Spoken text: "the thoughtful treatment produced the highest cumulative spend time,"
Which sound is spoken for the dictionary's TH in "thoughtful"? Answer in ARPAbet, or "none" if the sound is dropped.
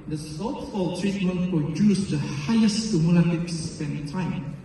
S